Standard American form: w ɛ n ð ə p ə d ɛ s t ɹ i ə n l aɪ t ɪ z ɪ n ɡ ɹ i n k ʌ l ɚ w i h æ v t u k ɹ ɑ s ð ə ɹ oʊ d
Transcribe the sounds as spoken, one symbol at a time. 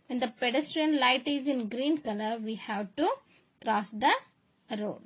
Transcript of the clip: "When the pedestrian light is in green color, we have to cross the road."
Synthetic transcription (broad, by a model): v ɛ n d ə p ə d ɛ s t ɹ i ə n l aɪ t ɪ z ɪ n ɡ ɹ i n k ʌ l ɚ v i h æ v t u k ɹ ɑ s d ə ɹ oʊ d